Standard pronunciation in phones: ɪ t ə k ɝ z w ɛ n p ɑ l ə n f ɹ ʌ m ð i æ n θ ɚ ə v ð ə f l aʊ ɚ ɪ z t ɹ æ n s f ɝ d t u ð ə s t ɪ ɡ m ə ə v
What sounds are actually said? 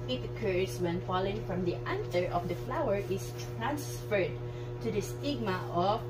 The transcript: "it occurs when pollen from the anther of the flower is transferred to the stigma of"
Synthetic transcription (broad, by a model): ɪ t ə k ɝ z w ɛ n f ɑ l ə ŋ f ɹ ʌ m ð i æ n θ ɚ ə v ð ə f l aʊ ɚ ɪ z t ɹ æ n s f ɝ d t u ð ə s t ɪ ɡ m ə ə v